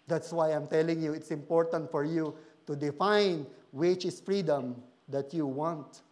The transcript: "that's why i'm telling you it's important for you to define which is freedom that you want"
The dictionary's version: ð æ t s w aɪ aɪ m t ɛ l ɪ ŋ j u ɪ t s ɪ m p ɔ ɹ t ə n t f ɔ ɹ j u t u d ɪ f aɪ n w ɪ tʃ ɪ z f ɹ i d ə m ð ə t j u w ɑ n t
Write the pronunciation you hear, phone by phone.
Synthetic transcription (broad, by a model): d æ t s w aɪ aɪ m t ɛ l ɪ ŋ j u ɪ t s ɪ m p ɔ ɹ t ə n t f ɔ ɹ j u t u d ɪ f aɪ n w ɪ tʃ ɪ s f ɹ i d ə m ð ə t j u w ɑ n t